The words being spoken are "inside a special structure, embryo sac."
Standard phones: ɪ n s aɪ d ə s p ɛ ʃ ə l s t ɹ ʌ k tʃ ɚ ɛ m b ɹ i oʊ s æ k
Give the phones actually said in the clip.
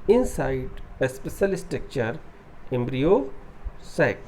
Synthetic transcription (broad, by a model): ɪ n s aɪ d ə s p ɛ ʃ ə l s t ʌ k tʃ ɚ ɛ m b ɹ i oʊ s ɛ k